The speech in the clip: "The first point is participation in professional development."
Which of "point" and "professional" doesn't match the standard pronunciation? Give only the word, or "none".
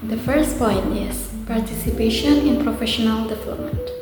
none